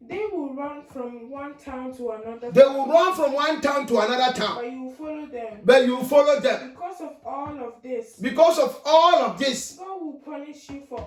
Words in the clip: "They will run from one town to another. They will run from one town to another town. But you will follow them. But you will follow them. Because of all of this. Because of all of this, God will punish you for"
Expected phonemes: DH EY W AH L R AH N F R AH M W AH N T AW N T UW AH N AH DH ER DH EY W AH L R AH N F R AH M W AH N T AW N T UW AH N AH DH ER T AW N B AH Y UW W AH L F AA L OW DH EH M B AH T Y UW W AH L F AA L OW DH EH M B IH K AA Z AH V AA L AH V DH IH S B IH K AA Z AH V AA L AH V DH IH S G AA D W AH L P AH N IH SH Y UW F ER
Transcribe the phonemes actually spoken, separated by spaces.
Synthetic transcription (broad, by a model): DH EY W AH L R AH N F R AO M W AH N T AW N T UW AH N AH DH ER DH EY W AH L R AH N F R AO M W AH N T AW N T UW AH N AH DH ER T AW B Y UW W F AA L OW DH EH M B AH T Y UW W F AA L OW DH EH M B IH K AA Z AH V AA L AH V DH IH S B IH K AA S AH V AA L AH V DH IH S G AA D W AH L P AH N IH SH Y UW F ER